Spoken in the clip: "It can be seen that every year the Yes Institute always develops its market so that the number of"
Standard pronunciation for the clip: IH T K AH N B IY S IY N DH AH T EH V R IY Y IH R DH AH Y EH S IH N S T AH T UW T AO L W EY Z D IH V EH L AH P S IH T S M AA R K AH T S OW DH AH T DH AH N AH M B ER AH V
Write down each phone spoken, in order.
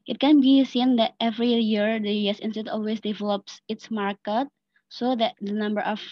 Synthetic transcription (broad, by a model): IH T K AH N B IY S IY N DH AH T EH V R IY Y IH R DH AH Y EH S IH N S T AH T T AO L W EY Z D IH V EH L AH P S IH T S M AA R K AH T S OW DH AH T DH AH N AH M B ER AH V